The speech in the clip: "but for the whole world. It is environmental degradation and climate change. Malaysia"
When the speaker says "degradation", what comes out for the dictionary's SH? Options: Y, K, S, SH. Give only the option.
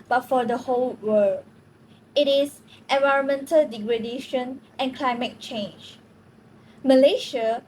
SH